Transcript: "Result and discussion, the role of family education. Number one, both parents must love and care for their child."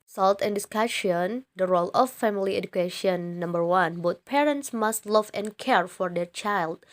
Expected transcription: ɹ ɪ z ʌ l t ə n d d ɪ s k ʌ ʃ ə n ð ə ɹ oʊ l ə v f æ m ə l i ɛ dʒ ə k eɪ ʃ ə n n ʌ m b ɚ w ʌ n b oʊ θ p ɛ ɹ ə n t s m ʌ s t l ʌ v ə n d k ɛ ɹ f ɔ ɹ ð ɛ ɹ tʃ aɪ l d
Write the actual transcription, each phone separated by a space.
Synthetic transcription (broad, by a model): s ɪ l t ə n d d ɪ s k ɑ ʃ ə n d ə ɹ oʊ l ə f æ m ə l i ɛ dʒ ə k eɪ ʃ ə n n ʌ m b ɚ w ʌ n b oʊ t p ɛ ɹ ə n t s m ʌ s t l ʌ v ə n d k ɛ ɹ f ɔ ɹ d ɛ ɹ tʃ aɪ l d